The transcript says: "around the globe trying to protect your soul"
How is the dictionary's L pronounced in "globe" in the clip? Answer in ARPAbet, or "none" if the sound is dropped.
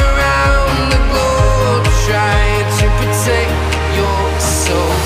none